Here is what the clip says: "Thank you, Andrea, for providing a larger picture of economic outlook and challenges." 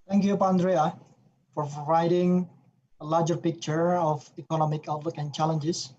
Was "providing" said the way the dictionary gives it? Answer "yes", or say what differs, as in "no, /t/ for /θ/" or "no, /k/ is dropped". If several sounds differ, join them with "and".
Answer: no, /v/ is dropped